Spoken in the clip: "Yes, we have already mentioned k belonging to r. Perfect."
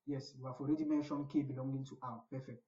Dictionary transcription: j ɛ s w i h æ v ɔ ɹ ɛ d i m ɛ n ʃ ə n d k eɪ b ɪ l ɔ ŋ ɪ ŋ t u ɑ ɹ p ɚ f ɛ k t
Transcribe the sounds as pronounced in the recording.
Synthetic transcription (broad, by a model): j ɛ s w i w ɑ f ɔ ɹ ɛ d i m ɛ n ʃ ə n k eɪ b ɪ l ɔ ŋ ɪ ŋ t u ɑ w p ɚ f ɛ k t